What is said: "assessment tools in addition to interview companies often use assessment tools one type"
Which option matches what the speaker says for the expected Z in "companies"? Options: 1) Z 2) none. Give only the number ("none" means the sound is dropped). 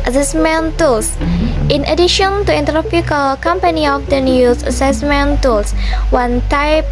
2